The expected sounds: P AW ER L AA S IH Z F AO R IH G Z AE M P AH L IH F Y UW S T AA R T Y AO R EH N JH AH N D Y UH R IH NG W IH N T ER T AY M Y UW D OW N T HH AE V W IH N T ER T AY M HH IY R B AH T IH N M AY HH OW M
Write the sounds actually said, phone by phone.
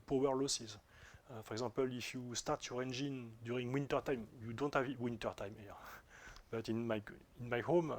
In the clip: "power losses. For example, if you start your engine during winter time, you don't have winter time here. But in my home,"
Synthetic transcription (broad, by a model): P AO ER L AA S IH Z F AO R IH G Z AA P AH L IH F Y UW S T AA R T Y AO R EH N JH AH N D Y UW R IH NG W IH N T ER T AY M Y UW D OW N T HH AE V W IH N T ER T AY M HH IY R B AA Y IH N M AY HH OW M